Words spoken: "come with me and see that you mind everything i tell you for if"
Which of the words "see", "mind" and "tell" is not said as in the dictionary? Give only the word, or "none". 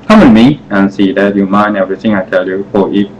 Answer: mind